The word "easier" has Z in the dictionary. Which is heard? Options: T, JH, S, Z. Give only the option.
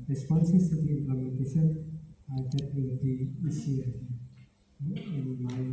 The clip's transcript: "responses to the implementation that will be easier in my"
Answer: S